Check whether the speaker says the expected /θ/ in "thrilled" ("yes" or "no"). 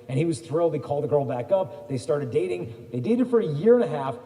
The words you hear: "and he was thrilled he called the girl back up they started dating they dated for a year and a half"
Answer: yes